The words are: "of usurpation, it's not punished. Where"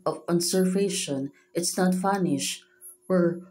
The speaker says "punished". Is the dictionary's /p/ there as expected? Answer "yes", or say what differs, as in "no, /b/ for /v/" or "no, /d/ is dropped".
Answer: no, /f/ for /p/